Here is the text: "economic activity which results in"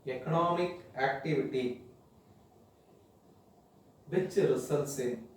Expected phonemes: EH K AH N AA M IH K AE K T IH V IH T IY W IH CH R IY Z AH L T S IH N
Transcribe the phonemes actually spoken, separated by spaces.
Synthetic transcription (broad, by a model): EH K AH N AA M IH K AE K T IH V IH T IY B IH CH R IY S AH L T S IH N